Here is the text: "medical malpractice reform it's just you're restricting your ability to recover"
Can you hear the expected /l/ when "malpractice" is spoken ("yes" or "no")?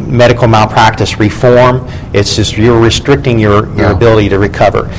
no